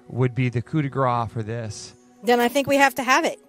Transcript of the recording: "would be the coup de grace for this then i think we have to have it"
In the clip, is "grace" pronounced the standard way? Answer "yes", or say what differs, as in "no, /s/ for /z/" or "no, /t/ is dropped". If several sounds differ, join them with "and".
no, /s/ is dropped